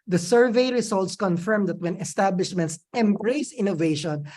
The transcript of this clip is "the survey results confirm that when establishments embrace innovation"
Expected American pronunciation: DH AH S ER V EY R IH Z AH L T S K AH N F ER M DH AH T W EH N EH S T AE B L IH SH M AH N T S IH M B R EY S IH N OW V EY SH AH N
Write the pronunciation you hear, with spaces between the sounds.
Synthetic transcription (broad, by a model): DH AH S ER V EY R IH S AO L T S K AH N F ER M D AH T W EH N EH S T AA B L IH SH M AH N T S IH M B R EY S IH N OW V EY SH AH N